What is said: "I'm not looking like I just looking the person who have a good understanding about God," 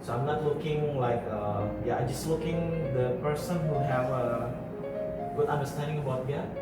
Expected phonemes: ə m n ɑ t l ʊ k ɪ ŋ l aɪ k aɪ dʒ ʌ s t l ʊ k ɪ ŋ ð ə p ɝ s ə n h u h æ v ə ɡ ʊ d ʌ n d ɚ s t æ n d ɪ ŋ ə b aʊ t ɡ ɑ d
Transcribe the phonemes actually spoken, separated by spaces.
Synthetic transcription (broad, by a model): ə m n ɑ t l ʊ k ɪ ŋ l aɪ k aɪ dʒ ʌ s t l ʊ k ɪ ŋ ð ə p ɝ s ə n h u h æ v ə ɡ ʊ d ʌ n d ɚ s t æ n d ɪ ŋ ə b aʊ t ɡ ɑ